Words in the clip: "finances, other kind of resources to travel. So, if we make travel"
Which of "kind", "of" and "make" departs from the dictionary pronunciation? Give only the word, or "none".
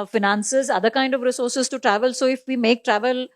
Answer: none